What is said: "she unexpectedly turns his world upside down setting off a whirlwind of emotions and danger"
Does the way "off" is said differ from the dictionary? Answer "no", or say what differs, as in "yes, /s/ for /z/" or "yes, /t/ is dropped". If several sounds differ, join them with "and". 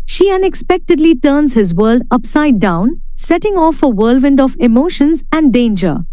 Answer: no